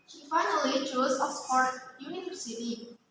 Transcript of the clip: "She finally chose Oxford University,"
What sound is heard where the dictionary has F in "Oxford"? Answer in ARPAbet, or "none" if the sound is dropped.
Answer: P